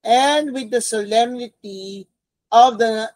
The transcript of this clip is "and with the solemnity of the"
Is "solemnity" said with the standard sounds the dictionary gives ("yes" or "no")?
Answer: yes